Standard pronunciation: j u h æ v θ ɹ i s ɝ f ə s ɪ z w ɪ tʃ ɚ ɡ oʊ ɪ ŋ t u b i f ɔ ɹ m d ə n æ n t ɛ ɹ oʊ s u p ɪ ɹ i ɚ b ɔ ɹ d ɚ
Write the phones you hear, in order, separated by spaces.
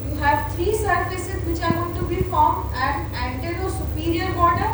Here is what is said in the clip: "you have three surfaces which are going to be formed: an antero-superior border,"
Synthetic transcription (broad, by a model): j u h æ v t ɹ i s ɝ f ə s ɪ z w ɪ tʃ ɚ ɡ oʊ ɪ t u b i f ɔ ɹ m d ə n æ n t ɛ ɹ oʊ s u p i ɹ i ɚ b ɔ ɹ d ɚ